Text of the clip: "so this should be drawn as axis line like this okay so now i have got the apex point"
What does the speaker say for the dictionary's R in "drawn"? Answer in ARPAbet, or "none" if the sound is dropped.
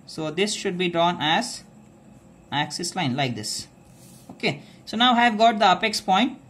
R